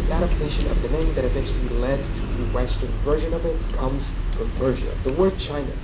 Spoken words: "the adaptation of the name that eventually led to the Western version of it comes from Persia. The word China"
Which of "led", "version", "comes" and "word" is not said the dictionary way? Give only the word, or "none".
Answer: none